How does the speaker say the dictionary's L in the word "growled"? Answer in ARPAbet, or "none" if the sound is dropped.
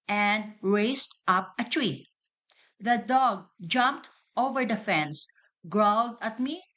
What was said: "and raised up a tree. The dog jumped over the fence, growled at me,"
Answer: L